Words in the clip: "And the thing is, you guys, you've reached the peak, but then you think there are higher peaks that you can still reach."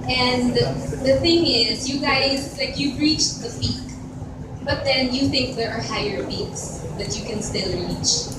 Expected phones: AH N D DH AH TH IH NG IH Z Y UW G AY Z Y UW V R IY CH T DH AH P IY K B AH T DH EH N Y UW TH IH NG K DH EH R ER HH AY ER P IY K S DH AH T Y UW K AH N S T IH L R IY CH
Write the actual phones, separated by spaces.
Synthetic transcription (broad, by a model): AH N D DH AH TH IH NG IH Z Y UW G AY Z Y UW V R IY CH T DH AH F IY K B AH T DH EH N Y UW TH IH NG K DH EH R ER HH AY ER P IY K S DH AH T Y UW K AH N S T IH L R IY CH